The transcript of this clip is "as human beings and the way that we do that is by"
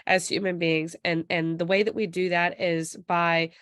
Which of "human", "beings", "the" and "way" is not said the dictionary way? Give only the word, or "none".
none